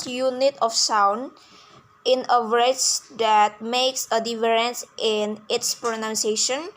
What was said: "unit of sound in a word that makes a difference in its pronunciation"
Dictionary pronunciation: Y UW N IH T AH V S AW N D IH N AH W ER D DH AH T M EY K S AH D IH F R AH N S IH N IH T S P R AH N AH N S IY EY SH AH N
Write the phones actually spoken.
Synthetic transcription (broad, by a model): Y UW N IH T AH F S AW N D IH N AH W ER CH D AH T M EY K S AH D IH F R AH N S IH N IH T S P R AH N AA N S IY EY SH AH N